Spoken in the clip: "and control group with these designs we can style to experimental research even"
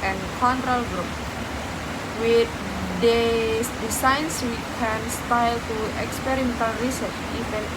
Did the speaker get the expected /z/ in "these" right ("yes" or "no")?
no